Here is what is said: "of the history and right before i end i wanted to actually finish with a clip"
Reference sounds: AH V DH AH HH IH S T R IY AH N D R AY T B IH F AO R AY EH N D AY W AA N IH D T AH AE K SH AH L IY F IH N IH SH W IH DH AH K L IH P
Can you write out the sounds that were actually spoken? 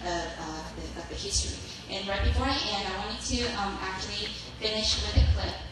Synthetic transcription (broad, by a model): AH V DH AH HH IH S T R IY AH N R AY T B IH F AO R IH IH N AY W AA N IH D T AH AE K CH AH L IY F IH N IH SH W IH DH AH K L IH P